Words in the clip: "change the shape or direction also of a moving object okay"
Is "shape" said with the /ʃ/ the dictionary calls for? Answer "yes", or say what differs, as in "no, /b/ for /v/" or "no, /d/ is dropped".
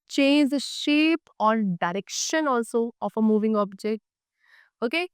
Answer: yes